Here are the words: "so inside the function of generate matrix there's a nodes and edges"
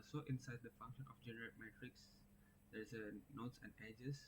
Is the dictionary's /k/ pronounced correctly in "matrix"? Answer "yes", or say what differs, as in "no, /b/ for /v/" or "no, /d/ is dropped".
yes